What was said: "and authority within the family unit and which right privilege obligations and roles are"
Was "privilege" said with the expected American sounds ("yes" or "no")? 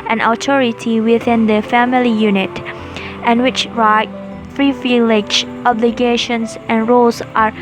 no